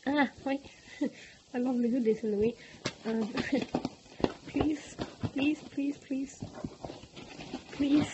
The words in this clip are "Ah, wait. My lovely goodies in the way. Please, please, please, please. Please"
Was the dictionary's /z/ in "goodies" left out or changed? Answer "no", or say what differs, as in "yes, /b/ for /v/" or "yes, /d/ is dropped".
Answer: yes, /s/ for /z/